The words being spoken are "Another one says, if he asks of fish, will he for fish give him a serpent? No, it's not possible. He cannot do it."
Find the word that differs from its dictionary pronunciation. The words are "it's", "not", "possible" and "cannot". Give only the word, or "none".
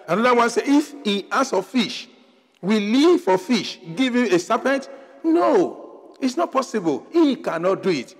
none